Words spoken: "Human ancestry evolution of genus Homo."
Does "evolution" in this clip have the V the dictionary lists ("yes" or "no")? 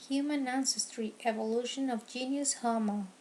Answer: yes